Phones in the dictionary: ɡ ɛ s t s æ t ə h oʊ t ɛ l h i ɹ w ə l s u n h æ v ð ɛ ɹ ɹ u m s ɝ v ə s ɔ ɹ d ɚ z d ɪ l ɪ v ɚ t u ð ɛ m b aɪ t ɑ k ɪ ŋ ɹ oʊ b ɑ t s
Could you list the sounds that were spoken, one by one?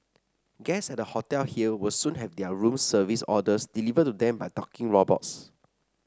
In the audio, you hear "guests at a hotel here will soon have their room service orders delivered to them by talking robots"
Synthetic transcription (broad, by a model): ɡ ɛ s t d ə h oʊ t ɛ l h i l w ə l s u n h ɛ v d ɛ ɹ ɹ u m s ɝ v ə s ɔ d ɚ s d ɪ l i v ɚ t u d ɛ m b aɪ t ɑ k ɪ ŋ ɹ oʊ b ɑ t s